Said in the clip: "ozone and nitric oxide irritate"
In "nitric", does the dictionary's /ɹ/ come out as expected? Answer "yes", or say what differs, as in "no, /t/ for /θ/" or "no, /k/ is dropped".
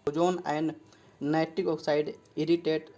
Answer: no, /ɹ/ is dropped